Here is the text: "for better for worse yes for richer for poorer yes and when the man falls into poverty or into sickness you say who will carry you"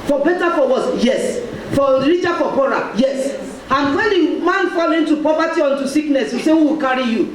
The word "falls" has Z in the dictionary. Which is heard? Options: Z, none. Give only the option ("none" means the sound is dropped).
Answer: none